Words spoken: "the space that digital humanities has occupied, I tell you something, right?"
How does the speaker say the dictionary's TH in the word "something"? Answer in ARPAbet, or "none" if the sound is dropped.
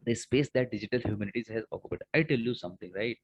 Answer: T